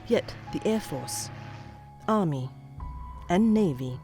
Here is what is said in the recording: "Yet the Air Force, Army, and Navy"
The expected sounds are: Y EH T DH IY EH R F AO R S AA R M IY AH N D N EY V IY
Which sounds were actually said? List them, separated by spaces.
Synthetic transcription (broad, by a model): Y EH T DH IY EH R F AO R S AA R M IY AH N N EY V IY